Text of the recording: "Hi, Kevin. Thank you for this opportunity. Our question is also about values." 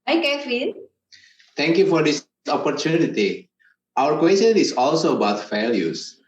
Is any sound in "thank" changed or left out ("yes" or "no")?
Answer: yes